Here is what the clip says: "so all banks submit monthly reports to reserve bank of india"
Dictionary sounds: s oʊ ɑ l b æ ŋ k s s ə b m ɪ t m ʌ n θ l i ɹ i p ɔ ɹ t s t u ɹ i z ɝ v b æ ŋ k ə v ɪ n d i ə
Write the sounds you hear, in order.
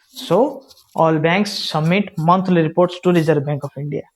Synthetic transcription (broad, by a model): s oʊ ɑ l b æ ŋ k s s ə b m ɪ t m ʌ n t l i ɹ i p ɔ ɹ t s t u ɹ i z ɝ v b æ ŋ k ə p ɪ n d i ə